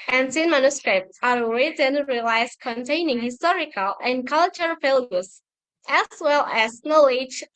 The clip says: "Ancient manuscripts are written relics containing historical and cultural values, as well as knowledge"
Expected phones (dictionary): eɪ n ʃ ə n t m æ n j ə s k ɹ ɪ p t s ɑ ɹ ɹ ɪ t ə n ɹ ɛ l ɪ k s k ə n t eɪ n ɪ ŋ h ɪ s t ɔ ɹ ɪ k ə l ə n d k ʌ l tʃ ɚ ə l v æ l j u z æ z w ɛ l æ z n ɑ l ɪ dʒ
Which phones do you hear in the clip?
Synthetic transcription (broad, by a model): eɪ n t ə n m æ n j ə s k ɹ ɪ p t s ɑ ɹ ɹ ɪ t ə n ɹ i l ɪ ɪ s k ə n t eɪ n ɪ ŋ h ɪ s t ɔ ɹ ɪ k ə l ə n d k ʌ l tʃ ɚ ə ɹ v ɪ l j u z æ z w ɛ l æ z n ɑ l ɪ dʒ